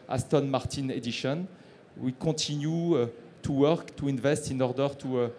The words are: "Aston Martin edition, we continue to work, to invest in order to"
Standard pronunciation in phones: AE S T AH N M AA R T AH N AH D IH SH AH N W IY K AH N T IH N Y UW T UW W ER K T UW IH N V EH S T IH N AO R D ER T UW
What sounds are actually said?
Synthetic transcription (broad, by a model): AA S T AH N M AA R T AH N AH D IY SH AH N W IY K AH T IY N Y UW T UW W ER K T UW IH N V EH S T IH N AO R D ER T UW